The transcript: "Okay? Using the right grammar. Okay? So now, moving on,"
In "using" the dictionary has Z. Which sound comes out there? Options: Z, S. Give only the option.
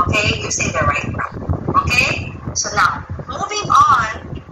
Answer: S